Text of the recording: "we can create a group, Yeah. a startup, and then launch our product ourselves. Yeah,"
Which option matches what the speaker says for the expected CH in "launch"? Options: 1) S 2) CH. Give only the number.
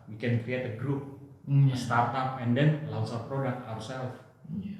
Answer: 1